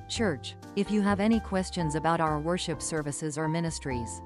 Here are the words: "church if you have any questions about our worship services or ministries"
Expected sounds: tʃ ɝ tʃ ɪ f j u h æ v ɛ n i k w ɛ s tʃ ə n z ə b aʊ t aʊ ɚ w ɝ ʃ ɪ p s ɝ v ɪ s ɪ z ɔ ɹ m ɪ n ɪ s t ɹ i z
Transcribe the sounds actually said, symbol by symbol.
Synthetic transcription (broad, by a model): tʃ ɝ tʃ ɪ f j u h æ v ɛ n i k w ɛ s tʃ ə n z ə b aʊ t aʊ ɚ w ɝ ʃ ɪ p s ɝ v ɪ s ɪ z ɔ ɹ m ɪ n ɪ s t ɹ i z